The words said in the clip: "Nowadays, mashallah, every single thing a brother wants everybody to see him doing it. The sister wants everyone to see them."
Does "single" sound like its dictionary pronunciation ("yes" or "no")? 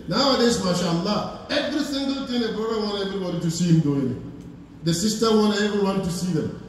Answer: no